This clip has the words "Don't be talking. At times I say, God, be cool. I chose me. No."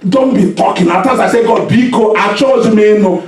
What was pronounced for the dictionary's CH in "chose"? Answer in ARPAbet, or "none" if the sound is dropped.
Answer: CH